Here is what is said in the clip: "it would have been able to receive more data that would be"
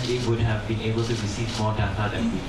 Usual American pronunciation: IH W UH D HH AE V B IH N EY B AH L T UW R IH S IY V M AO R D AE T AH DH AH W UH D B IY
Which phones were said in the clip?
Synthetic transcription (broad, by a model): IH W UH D HH AE V B IH N EY B AH L T UW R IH S IY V M AO R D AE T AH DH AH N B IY